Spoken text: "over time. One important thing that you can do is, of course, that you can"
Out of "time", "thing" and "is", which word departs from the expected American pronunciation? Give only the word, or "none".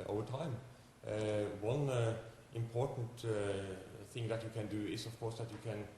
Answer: is